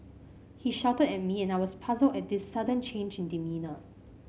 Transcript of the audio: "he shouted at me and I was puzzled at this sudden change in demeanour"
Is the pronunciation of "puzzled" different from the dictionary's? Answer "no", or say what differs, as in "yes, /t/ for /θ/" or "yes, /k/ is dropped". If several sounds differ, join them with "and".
no